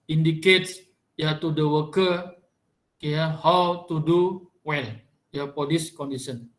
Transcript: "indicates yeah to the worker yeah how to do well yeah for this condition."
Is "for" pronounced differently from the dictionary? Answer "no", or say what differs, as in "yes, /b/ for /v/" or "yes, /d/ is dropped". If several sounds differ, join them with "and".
yes, /p/ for /f/